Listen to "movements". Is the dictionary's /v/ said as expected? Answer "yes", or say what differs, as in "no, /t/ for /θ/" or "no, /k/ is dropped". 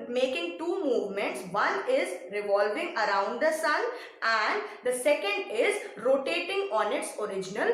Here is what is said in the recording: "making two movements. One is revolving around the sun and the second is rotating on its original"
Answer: yes